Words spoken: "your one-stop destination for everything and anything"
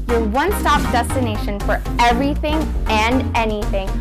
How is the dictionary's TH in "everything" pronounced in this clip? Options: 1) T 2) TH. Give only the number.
2